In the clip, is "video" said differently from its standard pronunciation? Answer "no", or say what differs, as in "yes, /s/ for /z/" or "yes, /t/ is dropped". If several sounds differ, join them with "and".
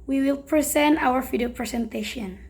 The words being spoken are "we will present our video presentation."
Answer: yes, /f/ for /v/